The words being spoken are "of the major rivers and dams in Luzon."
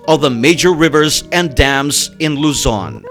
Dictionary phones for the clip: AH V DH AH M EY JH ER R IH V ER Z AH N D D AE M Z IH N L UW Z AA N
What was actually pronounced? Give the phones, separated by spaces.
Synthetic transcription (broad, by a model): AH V DH AH M EY JH ER R IH V ER Z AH N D D AE M Z IH N L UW Z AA N